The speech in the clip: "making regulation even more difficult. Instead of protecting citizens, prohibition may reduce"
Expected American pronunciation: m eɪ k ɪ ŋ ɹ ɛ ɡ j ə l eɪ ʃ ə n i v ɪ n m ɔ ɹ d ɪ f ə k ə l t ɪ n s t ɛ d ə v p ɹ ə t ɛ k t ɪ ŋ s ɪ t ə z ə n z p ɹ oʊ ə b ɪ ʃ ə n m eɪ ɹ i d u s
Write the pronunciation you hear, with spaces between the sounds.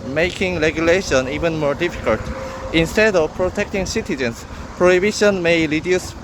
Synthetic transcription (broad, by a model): m eɪ k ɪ ŋ ɹ ɛ ɡ j ə l eɪ ʃ ə n i v ɪ n m ɔ ɹ d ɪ f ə k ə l t ɪ n s t ɛ d ə v p ɹ ə t ɛ k t ɪ ŋ s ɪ t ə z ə n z p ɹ oʊ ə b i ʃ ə n m eɪ ɹ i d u s